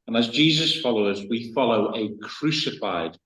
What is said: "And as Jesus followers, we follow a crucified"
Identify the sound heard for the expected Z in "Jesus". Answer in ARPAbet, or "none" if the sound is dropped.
Z